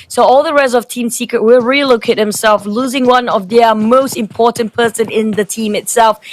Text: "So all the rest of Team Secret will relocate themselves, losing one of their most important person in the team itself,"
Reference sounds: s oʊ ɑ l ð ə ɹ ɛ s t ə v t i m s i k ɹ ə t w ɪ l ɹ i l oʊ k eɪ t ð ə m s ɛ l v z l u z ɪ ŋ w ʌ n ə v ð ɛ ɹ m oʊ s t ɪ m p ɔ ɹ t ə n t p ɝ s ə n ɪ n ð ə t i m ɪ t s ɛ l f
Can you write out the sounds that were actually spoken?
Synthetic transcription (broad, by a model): s oʊ ɑ l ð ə ɹ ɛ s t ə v t i m s i k ɹ ə t w ɪ l ɹ i l oʊ k eɪ t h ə m s ɛ l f l u z ɪ ŋ w ʌ n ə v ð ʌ m oʊ s t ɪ m p ɔ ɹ t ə n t p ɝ s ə n ɪ n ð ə t i m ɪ t s ɛ l f